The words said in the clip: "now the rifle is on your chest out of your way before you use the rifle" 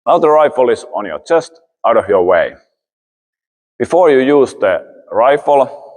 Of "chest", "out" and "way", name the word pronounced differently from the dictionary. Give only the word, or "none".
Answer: none